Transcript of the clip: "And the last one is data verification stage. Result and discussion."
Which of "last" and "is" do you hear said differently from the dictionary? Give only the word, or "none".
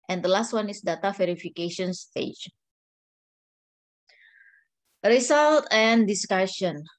is